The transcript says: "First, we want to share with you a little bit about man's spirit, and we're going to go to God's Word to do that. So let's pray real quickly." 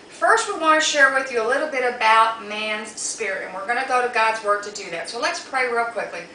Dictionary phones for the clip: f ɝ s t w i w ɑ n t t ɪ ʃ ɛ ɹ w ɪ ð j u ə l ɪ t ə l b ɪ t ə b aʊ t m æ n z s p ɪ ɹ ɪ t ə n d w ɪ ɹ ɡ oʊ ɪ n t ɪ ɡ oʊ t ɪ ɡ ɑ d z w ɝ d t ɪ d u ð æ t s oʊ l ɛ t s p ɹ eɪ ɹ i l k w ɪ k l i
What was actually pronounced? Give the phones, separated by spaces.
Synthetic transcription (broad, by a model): f ɝ s t w i w ɑ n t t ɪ ʃ ɛ ɹ w ɪ ð j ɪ ə l ɪ t l b ɪ t ə b aʊ t m æ n z s p ɪ ɹ ɪ t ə n w ɪ ɹ ɡ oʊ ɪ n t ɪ ɡ oʊ t ɪ ɡ ɑ d z w ɝ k t ɪ d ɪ ð æ t s oʊ l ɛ t s p ɹ eɪ ɹ i l k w ɪ k l i